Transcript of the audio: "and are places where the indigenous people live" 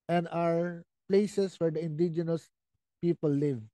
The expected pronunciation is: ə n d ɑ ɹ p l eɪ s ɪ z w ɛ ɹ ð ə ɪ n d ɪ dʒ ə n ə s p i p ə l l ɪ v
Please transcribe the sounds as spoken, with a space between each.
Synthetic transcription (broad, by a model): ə n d ɑ ɹ p l eɪ s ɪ s w ɛ ɹ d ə ɪ n d ɪ dʒ ə n ə s p i p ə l l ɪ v